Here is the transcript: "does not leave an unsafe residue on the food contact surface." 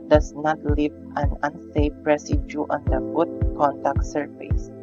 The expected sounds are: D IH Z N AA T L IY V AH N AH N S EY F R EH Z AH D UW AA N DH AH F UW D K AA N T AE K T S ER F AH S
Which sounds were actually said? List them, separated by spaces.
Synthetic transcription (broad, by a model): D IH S N AA T L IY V AH N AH N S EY P R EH S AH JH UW AA N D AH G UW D K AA N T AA K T S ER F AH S